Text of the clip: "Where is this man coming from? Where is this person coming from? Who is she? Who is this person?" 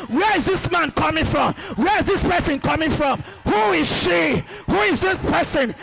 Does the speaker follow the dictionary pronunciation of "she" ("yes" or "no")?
yes